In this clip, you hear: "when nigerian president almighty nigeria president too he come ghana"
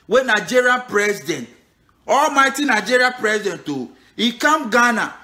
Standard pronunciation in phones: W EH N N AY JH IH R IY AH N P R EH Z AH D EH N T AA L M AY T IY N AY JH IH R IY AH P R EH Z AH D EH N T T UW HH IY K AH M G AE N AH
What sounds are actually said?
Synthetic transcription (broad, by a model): W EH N N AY JH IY R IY P R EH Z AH D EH N T AA L M AY T IY N AY JH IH R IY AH P R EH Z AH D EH N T T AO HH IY K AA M G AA N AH